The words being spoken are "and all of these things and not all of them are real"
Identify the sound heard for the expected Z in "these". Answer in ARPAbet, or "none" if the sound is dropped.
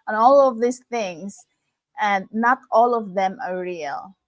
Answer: S